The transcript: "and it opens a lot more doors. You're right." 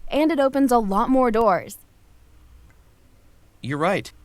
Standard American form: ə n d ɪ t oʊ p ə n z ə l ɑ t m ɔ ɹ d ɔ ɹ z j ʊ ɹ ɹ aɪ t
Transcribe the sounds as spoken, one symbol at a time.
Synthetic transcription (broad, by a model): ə n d ɪ t oʊ p ə n z ə l ɑ t m ɔ ɹ d ɔ ɹ z j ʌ ɹ ɹ aɪ t